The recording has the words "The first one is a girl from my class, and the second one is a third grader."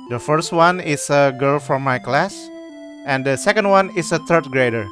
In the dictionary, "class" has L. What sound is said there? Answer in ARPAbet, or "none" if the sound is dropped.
L